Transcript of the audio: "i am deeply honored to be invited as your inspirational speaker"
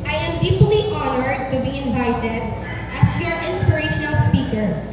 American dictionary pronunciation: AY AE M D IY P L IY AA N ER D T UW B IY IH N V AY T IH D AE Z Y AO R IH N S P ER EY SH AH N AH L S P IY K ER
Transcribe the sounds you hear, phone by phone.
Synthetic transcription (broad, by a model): AY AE M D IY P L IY AA N ER D T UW B IY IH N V AY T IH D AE S Y AO R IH N S P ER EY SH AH N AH L S P IY K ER